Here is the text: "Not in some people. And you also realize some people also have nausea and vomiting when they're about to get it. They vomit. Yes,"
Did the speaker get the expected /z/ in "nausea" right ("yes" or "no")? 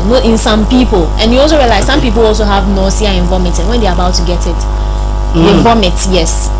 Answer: no